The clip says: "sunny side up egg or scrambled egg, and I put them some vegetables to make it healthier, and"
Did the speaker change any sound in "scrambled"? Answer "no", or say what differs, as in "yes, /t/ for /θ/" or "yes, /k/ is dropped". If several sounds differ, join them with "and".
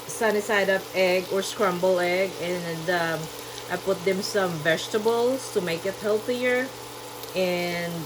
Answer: yes, /d/ is dropped